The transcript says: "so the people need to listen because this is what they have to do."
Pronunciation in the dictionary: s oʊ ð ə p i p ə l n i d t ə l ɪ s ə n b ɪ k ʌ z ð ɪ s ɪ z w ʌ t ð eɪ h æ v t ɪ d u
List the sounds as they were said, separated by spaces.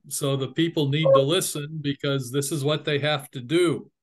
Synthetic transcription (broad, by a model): s oʊ ð ə p i p l n i d t ə l ɪ s ə n b ɪ k ʌ z ð ɪ s ɪ z w ʌ t ð eɪ h æ f t ɪ d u